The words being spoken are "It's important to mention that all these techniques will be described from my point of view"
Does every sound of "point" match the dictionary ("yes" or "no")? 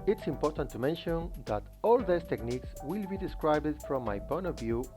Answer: no